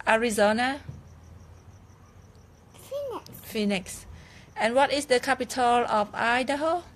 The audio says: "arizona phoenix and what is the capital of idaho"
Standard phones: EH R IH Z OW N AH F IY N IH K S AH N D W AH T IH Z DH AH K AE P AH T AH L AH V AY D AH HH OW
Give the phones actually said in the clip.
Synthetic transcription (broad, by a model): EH R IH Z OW N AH F IY N IH K S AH N W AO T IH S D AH K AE P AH T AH L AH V AY D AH HH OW